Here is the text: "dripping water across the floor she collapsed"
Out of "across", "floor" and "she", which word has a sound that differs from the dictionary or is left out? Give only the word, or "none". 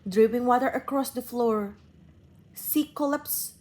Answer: she